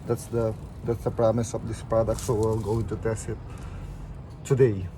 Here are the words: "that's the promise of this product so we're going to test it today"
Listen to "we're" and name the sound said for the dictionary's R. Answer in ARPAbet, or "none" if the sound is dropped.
L